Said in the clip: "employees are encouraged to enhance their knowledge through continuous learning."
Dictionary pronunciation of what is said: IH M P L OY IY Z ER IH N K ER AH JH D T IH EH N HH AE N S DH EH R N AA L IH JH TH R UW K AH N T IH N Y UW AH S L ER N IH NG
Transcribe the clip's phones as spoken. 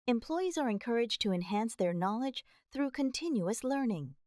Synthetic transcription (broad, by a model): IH M P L OY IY Z ER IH N K ER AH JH T IH EH N HH AE N S DH EH R N AA L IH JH TH R UW K AH N T IH N Y UW AH S L ER N IH NG